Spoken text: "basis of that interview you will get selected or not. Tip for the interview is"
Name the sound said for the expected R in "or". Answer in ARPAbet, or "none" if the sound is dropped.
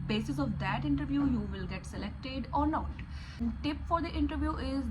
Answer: R